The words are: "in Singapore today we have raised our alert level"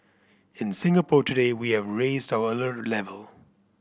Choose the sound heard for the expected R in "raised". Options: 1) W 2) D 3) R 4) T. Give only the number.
3